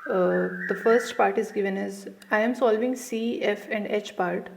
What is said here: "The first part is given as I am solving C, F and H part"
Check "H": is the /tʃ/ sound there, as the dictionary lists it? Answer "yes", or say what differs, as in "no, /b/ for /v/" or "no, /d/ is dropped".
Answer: yes